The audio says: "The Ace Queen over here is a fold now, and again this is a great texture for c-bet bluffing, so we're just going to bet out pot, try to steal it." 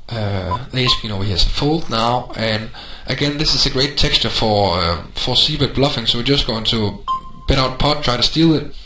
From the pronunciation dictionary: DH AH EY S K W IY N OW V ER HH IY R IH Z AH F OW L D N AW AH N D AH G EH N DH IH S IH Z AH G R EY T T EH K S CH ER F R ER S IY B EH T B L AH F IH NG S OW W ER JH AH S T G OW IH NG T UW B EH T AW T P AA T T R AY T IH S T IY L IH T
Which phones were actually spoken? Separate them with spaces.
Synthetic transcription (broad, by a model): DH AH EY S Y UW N OW UH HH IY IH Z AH F OW L D N AW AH N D AH G EH N DH IH S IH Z AH G R EY T T EH K S CH ER F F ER S IY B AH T B L AH F IH NG S OW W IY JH AH S G OW IH NG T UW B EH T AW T P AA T T R AY T IH S T IY L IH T